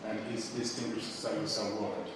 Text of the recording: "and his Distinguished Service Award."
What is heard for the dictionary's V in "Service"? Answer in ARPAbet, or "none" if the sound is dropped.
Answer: none